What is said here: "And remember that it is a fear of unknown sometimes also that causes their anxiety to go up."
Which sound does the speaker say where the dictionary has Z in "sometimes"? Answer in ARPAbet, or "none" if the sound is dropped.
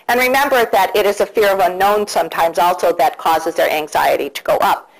Z